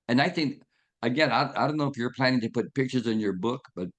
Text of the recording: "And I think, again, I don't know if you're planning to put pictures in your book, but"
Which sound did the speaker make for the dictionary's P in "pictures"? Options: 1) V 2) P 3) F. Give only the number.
2